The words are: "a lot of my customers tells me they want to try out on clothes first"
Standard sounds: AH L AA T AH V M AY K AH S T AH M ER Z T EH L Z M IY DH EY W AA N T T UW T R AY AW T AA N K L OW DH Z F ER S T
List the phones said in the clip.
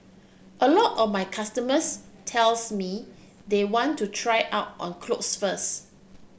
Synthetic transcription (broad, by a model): AH L AA T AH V M AY K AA S T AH M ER S T EH L S M IY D EY W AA N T T UW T R AY AW T AA N K L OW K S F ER S